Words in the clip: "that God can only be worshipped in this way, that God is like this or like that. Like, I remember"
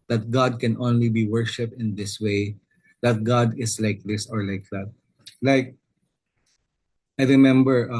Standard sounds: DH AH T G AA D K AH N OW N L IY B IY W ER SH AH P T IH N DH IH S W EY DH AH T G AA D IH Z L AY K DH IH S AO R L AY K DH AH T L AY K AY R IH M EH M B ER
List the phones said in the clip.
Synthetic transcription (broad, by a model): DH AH T G AA D K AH N OW N L IY B IY W ER SH AH P T IH N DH IH S W EY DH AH T G AA D IH S L AY K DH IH S AO R L AY K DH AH T L AY K AY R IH M EH M B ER